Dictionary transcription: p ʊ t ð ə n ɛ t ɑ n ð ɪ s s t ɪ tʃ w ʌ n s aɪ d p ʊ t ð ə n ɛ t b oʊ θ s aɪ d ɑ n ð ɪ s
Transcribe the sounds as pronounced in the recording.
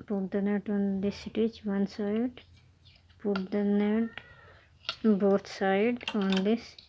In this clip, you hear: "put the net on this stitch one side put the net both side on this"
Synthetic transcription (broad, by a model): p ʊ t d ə n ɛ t ɑ n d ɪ s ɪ t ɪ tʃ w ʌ n s aɪ d p ʊ t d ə n ɛ t b oʊ t s aɪ d ɑ n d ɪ s